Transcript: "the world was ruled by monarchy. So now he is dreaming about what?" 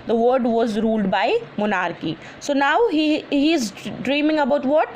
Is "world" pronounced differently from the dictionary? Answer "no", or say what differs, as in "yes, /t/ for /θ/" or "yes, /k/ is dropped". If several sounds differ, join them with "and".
yes, /l/ is dropped